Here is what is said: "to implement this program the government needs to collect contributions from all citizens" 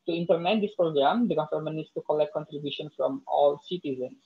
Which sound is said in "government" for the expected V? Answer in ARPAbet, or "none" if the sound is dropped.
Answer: F